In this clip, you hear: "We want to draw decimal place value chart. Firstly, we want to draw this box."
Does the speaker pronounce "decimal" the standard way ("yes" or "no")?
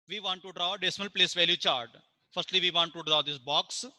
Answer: yes